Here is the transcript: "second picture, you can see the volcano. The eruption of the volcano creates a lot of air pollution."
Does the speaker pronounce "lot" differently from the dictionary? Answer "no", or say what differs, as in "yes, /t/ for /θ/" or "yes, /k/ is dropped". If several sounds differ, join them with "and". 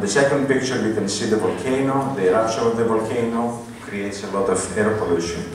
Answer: no